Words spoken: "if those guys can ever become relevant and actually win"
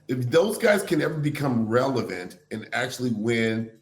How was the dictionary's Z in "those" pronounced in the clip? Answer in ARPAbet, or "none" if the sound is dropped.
Z